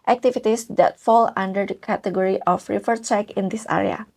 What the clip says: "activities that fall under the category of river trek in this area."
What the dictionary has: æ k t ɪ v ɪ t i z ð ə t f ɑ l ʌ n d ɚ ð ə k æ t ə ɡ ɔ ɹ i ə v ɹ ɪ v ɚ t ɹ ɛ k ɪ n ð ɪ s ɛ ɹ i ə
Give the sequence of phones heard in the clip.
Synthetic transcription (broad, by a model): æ k t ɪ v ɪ t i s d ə t f ɑ l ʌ n d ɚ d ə k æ t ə ɡ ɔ ɹ i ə f ɹ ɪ f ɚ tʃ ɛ k ɪ n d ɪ s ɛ ɹ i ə